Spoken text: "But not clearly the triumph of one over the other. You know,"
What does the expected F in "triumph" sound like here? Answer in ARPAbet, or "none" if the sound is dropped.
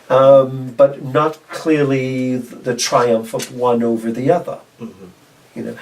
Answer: F